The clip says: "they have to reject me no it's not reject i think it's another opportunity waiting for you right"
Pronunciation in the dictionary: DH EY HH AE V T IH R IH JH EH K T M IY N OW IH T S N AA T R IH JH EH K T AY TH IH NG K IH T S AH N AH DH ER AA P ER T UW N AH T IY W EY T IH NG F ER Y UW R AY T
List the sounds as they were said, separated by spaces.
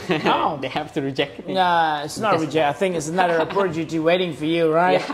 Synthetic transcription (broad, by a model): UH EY HH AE F T IH R IH JH EH K T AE IH T S N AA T R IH JH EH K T AY TH IH NG K IH T S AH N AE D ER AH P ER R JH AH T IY W EY T IH NG F ER Y UW R AY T